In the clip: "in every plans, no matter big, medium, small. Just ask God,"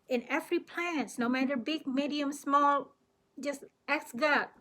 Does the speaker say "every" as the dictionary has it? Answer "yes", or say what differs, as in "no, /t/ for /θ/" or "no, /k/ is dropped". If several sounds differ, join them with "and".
no, /f/ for /v/